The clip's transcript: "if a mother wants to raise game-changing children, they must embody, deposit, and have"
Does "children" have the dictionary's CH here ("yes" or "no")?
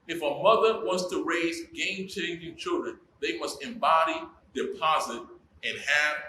yes